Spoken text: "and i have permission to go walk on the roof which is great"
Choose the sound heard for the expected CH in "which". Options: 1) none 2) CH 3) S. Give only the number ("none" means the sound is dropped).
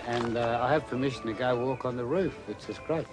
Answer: 3